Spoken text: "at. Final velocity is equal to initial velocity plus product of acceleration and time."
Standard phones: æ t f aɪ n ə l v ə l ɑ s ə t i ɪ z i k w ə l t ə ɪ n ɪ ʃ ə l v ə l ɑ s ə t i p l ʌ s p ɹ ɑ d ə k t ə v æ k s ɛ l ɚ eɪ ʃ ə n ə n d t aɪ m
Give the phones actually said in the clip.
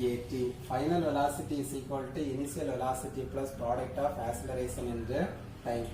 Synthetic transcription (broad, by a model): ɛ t f aɪ n ə l v ə l ɑ s ə t i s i k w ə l t ə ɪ n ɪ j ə l v ə l ɑ s ə t i p l ʌ s p ɹ ɑ d ə k t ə f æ s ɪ l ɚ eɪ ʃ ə n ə n d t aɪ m